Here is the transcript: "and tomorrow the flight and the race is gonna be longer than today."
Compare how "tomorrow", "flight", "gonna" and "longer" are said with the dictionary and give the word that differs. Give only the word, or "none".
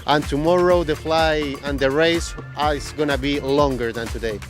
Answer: flight